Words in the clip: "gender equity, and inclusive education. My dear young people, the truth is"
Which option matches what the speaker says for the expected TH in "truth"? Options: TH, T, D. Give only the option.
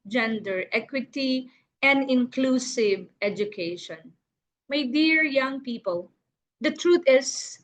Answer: T